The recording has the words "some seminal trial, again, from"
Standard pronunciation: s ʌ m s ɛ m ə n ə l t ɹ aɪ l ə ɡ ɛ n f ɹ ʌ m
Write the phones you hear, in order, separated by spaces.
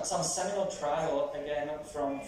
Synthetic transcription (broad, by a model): s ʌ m s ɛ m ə ə l t ɹ aɪ l ə ɡ ɛ n f ɹ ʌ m